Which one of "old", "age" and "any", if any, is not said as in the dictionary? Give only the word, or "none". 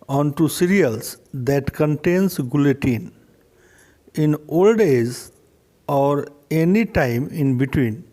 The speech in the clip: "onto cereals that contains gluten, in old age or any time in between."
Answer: age